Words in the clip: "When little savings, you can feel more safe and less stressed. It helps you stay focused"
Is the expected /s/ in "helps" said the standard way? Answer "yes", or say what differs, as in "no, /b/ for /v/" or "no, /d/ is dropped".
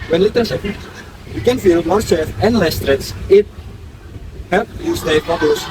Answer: no, /s/ is dropped